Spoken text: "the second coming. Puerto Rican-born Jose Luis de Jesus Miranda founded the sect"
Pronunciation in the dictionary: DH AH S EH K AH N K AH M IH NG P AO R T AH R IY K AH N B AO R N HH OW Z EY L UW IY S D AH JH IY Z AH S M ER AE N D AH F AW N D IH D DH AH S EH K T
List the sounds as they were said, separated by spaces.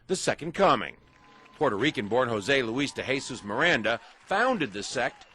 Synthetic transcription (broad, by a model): DH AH S EH K AH N K AH M IH NG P AO R T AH R IY K AH N B AO R N HH OW Z EY L UW IY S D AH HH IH S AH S M ER AE N D AH F AW N D IH D DH AH S EH K T